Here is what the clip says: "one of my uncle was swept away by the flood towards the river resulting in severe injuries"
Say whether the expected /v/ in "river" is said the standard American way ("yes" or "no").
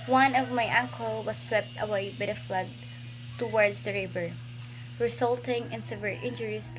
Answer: no